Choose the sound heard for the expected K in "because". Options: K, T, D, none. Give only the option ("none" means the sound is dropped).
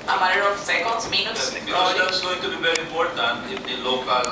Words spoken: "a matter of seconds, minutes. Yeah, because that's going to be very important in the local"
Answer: none